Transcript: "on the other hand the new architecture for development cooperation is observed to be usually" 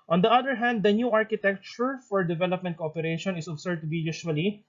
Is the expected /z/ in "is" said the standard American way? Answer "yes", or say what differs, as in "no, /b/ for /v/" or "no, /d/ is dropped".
no, /s/ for /z/